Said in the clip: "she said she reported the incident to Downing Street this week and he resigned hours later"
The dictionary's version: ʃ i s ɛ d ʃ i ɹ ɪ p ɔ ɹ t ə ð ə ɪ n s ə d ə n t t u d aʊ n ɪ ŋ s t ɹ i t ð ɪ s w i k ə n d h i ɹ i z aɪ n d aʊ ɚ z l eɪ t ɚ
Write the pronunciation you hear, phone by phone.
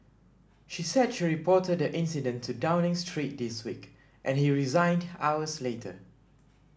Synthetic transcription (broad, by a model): ʃ i s ɛ d ʃ i ɹ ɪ p ɔ t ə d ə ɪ n s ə d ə n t t u d aʊ n ɪ ŋ s t ɹ i t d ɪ s w i k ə n h i ɹ i z aɪ n d aʊ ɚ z l eɪ t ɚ